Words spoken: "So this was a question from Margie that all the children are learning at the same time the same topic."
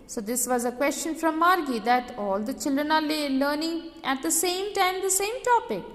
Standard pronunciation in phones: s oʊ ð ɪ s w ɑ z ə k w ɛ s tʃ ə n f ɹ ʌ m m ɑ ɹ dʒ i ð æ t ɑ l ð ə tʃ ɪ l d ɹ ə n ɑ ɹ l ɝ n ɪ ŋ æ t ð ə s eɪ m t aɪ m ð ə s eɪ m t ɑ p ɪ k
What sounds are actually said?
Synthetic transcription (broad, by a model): s oʊ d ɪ s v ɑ z ə k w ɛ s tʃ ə n f ɹ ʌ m m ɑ ɹ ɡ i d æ t ɑ l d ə tʃ ɪ l d ɹ ə n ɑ l l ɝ n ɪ ŋ æ t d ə s eɪ m t aɪ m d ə s eɪ m t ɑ p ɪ k